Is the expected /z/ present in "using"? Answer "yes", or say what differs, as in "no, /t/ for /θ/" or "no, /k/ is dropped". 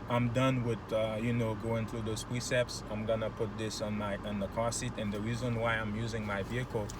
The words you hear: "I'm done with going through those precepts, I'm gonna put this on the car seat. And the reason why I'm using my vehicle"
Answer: yes